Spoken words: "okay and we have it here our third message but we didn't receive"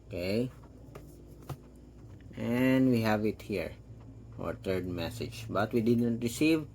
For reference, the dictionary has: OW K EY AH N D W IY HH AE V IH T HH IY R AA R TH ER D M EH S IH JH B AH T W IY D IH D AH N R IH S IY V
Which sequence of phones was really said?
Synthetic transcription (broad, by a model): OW K EY AH N D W IY HH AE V IH T HH IY R AA R T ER D M EH S IH JH B AH T W IY D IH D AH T R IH S IY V